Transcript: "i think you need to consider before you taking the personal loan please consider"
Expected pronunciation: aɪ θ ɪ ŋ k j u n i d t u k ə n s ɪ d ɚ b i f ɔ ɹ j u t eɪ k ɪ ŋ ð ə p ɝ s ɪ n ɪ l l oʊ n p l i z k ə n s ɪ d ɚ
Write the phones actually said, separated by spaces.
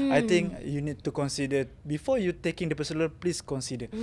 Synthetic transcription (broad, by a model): aɪ t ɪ ŋ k j u n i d t u k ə n s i d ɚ b i f ɔ j u t eɪ k ɪ ŋ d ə p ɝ s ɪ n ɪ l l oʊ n p l i s k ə n s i d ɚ